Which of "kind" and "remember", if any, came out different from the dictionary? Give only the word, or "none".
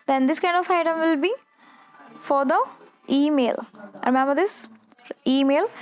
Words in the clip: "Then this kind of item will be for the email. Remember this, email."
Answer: remember